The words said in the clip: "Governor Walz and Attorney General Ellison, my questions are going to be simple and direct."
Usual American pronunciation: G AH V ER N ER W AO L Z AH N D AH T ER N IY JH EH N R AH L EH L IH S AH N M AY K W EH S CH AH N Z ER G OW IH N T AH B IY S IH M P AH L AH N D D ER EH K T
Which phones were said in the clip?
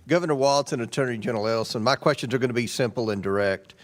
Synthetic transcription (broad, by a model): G AH V ER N ER W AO L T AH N AH T ER N IY JH EH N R L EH L S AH N M AY K W EH S CH AH N Z ER G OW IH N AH B IY S IH M P L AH N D D ER EH K T